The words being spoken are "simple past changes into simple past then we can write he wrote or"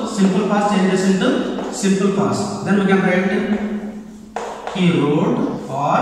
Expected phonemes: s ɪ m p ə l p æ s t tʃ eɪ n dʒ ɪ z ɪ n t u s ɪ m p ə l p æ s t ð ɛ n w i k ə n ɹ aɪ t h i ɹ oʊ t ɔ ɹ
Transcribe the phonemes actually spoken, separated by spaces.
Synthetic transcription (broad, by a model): s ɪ m p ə l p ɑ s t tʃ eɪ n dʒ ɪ s ɪ n t u s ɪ m p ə l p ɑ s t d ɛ n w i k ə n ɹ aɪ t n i ɹ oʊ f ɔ ɹ